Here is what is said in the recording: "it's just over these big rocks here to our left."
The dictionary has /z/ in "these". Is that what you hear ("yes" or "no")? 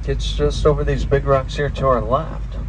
yes